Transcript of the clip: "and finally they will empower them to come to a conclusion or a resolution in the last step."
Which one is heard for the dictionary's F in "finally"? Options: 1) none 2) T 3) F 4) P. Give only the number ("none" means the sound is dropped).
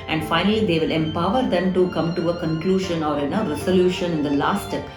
3